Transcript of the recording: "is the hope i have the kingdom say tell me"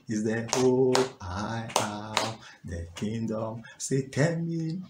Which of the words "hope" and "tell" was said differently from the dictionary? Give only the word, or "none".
hope